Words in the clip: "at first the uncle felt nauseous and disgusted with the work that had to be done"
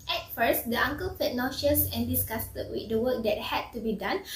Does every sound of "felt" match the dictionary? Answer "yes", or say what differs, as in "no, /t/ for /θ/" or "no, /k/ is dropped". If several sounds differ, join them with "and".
no, /l/ is dropped